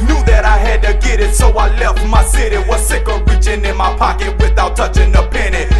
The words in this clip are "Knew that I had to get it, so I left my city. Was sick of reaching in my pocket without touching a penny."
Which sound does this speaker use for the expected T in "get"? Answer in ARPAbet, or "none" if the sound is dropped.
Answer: T